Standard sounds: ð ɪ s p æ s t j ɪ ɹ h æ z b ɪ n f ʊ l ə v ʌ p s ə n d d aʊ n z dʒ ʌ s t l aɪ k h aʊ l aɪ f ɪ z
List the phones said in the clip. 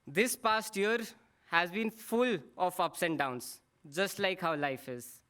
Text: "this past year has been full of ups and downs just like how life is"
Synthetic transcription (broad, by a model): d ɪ s p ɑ s t j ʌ ɹ h æ z b ɪ n f ʊ l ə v ʌ p s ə n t d aʊ n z dʒ ʌ s t l aɪ k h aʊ l aɪ f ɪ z